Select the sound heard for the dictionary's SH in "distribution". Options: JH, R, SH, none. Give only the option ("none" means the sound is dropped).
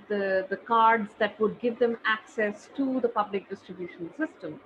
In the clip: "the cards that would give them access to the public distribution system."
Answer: SH